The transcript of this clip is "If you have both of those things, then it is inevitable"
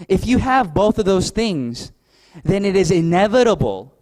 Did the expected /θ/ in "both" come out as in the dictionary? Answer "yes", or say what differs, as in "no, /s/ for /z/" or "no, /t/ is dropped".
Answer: yes